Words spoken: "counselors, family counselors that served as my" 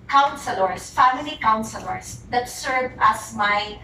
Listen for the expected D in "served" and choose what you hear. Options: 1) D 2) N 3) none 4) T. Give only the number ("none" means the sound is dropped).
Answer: 3